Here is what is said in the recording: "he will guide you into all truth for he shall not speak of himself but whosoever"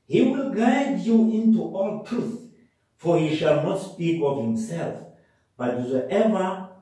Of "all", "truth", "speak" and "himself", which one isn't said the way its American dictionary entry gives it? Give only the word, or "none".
none